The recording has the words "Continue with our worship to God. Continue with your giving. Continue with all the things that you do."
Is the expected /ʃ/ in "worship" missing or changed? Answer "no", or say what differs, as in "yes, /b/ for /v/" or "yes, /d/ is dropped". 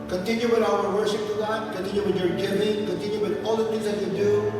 yes, /s/ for /ʃ/